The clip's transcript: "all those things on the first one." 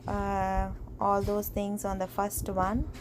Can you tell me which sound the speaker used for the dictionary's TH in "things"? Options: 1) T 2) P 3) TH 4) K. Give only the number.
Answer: 1